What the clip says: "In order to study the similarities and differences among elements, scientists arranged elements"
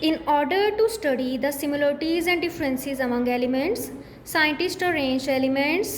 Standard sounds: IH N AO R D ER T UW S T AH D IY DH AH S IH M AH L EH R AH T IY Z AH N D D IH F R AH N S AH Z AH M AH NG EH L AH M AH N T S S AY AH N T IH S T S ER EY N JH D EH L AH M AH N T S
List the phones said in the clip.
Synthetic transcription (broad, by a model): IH N AO R D ER T UW S T AH D IY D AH S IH M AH L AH R T IY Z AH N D D IH F R AH N S AH Z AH M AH NG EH L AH M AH N T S S AY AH N T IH S T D EY N JH EH L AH M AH N T S